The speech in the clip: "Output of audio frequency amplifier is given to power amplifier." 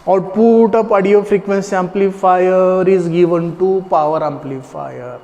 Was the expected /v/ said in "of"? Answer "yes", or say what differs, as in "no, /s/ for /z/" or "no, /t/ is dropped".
no, /p/ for /v/